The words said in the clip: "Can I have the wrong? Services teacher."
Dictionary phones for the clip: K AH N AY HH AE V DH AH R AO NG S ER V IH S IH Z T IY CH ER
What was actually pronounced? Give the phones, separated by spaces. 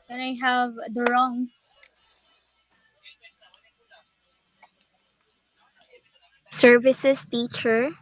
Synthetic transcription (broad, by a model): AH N AY HH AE V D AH R AO NG S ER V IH S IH S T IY CH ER